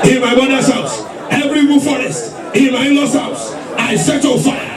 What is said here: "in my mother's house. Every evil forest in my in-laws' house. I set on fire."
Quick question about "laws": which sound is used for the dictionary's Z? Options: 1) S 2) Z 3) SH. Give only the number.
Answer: 1